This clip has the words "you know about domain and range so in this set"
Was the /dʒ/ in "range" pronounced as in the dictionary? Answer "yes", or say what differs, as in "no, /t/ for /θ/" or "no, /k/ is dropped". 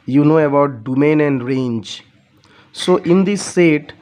yes